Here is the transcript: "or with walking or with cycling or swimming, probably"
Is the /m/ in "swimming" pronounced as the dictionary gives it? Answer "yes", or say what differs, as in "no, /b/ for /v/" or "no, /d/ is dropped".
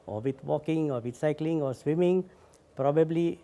yes